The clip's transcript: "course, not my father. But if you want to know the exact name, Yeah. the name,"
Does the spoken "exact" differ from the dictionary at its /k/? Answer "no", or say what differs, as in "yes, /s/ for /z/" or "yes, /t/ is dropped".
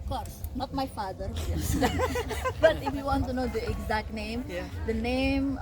no